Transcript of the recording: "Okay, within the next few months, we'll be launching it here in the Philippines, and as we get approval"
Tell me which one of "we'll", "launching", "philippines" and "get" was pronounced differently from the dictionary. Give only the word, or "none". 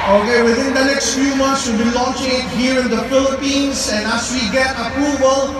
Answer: philippines